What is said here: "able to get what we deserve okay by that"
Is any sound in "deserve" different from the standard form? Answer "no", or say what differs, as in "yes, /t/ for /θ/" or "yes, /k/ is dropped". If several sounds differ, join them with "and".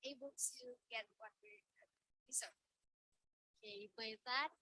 yes, /v/ is dropped